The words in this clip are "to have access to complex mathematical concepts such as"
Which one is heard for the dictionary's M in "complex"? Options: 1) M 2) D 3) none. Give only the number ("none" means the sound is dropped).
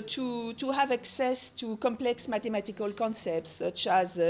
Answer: 1